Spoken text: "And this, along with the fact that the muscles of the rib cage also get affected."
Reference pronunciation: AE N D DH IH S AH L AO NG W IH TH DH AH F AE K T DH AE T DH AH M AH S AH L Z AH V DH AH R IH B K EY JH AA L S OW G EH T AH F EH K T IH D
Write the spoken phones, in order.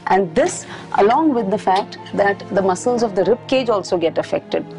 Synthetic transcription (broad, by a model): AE N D IH S AH L AO NG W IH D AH F AE K T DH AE T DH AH M AH S AH L Z AH V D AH R IH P K EY JH AA L S OW G EH T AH F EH K T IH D